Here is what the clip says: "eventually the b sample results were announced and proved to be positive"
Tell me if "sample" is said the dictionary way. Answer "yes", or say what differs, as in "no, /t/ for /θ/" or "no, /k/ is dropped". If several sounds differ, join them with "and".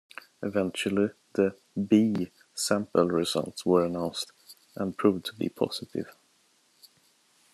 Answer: yes